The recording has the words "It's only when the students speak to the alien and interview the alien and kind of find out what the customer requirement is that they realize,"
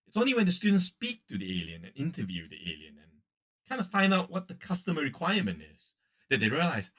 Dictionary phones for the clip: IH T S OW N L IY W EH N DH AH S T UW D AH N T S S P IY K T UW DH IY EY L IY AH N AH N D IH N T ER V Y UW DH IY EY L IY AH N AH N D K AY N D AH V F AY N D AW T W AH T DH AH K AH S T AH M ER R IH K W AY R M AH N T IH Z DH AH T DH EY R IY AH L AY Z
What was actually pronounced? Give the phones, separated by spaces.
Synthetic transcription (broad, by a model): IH T S OW N L IY W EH N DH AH S T UW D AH N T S S P IY K T UW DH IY EY L IY AH N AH N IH N T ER V Y UW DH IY EY L IY AH N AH N K AY N D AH F AY N D AW T W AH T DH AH K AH S T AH M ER R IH K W AY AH M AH N T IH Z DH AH T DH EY R IY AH L AY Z